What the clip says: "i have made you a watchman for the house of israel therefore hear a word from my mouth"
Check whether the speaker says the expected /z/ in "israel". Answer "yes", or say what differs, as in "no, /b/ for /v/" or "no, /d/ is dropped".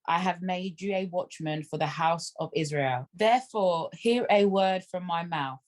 yes